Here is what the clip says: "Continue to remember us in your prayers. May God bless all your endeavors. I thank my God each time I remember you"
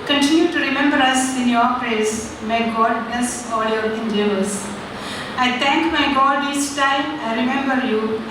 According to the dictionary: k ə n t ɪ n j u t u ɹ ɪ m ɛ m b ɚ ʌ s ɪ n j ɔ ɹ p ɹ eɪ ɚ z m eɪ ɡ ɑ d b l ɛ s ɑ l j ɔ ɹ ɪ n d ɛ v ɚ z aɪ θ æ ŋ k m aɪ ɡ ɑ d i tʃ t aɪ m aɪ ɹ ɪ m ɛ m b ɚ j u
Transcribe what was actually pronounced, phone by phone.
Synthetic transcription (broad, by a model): k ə n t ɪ n j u t u ɹ ɪ m ɛ m b ɚ ʌ s ɪ n j ɔ ɹ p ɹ eɪ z m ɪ ɡ ɑ d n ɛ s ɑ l j ɔ ɹ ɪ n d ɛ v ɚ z aɪ t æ ŋ k m aɪ ɡ ɑ d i s t aɪ m aɪ ɹ ɪ m ɛ m b ɚ j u